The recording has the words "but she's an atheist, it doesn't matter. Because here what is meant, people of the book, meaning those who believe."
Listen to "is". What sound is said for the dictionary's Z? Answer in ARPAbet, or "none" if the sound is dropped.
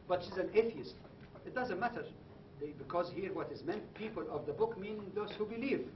Z